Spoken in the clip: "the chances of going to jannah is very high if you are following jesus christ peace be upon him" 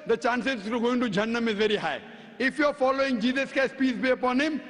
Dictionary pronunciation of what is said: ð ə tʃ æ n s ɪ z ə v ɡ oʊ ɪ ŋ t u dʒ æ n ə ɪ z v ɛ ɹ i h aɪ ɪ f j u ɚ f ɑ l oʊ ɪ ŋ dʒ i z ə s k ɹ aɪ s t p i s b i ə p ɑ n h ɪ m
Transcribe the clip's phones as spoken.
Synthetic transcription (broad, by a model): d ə tʃ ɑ n s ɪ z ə ɡ oʊ ɪ ŋ t u dʒ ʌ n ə ɪ z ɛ ɹ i h aɪ ɪ f j u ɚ f ɑ l oʊ ɪ ŋ dʒ i z ə s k aɪ s p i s b i ə p ɑ n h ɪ m